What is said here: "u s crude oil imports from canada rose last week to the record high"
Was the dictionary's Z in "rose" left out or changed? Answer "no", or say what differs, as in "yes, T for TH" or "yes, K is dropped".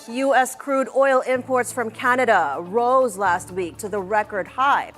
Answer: no